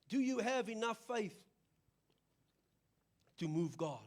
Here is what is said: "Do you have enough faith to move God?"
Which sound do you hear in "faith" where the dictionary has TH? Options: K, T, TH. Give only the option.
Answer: TH